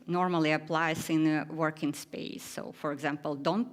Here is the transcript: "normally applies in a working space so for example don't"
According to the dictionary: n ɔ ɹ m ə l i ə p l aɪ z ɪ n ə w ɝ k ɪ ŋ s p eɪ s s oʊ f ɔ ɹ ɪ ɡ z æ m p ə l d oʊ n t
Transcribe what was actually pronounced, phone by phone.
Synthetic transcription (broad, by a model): n ɔ ɹ m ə l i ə p l aɪ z ɪ n ə w ɝ k ɪ ŋ s p eɪ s s oʊ f ɔ ɹ ɪ ɡ z æ m p ə l d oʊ n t